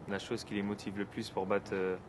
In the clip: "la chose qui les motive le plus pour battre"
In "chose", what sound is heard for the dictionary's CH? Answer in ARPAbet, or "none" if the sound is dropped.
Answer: SH